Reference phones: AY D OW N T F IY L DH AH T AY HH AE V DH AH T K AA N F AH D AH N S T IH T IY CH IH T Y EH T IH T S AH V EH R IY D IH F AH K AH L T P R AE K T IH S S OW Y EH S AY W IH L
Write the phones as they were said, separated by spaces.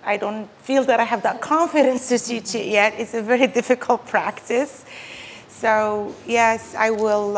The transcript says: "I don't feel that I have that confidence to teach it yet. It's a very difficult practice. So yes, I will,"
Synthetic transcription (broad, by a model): AY D OW N T F IY L DH AH T AY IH V DH AH T K AA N F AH D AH N S T IH S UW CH IH T Y EH T IH T S AH V EH R IY D IH F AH K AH L T P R AE K T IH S S OW Y EH S AY W IH L